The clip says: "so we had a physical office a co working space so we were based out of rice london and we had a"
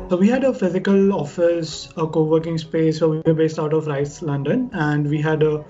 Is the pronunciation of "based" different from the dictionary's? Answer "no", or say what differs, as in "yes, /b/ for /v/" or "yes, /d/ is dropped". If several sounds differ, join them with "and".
no